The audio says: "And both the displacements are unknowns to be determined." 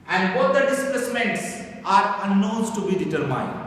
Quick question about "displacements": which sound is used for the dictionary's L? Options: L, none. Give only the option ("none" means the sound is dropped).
none